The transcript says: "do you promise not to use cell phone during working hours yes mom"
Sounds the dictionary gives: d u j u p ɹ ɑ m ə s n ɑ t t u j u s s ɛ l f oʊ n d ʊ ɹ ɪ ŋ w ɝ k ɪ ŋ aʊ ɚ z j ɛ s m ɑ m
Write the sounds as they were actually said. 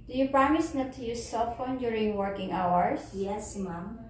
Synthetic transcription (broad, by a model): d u j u p ɹ ɑ m ə s n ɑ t t u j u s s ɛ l f oʊ n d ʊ ɹ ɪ ŋ w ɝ k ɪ ŋ aʊ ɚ s j ɛ s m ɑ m